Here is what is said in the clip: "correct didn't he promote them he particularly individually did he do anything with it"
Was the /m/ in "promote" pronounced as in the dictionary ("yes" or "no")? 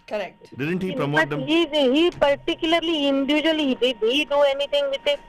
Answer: no